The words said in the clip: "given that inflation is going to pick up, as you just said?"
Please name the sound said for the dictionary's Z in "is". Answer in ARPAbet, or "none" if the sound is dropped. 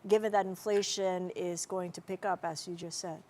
Z